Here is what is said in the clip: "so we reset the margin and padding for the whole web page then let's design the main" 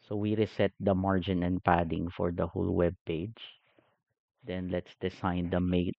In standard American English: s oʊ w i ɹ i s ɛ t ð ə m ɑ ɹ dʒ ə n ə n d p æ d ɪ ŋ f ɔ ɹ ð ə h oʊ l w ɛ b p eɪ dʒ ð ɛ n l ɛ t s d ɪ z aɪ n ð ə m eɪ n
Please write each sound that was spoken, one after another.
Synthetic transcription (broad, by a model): s oʊ w i ɹ i s ɛ t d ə m ɑ ɹ dʒ ə n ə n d p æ d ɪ ŋ f ɔ ɹ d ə h oʊ l w ɛ b p eɪ dʒ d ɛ n l ɛ t s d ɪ s aɪ n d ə m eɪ